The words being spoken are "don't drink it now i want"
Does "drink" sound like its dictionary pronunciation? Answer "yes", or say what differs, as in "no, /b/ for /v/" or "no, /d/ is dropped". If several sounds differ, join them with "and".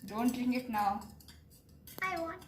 no, /k/ is dropped